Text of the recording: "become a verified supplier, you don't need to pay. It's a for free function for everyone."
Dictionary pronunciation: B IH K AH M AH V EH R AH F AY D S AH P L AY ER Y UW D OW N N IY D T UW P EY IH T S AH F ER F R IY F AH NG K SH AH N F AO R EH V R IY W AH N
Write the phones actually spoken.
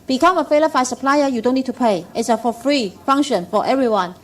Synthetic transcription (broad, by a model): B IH K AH M AH F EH L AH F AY S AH P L AY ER Y UW D OW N N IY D T UW P EY IH T S AH F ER F R IY F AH NG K SH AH N F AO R EH V R IY W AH N